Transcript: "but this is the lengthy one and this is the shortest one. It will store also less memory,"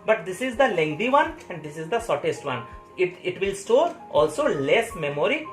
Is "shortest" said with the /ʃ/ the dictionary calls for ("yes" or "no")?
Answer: no